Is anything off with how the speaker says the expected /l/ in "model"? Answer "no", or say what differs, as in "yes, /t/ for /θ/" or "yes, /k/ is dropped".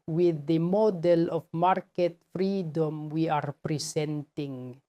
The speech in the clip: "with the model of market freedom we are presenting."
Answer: no